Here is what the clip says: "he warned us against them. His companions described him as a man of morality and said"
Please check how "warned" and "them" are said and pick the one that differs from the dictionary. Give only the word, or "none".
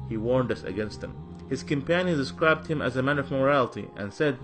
none